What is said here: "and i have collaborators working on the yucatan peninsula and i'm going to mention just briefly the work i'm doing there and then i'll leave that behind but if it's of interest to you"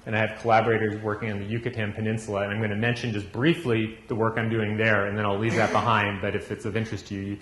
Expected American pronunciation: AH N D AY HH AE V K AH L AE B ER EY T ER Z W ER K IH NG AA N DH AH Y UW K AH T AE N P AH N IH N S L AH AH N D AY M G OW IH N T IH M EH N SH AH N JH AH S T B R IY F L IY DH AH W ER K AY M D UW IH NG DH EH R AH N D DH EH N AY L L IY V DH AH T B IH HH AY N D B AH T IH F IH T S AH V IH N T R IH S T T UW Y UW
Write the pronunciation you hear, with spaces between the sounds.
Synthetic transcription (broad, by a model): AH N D AY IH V K AH L AE B ER EY T ER Z W ER K IH NG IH N DH AH Y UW K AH T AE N P AH N IH N S L AH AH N AY M G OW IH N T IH M EH N SH AH N JH AH S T B R IY F L IY DH AH W ER K AY M D UW IH NG DH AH R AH N DH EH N AY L L IY V DH AH T B IH HH AY N D B AH T IH F IH T S AH V IH N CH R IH S T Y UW Y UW